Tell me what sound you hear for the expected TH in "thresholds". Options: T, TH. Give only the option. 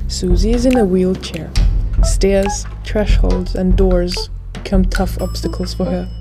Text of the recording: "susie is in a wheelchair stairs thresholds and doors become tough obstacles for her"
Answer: T